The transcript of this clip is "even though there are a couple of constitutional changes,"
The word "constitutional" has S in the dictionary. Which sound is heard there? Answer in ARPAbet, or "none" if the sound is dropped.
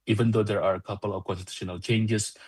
none